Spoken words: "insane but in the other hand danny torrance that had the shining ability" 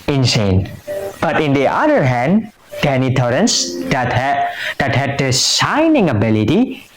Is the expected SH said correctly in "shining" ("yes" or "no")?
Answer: no